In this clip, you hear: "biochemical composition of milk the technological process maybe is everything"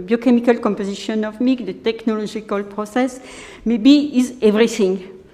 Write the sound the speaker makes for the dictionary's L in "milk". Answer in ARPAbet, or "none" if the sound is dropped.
none